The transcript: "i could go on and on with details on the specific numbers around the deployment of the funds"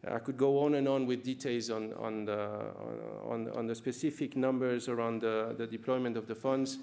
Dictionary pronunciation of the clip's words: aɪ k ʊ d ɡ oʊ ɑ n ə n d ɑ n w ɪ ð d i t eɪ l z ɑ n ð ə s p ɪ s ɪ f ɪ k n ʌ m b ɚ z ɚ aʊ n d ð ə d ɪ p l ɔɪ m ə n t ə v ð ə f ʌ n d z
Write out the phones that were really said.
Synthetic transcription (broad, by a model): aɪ k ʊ d ɡ oʊ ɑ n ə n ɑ n w ɪ ð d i t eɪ l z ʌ n ð ə s p ɪ s ɪ f ɪ k n ʌ m b ɚ z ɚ aʊ n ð ð ə d ɪ p l ɔɪ m ə n t ə v ð ə f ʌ n d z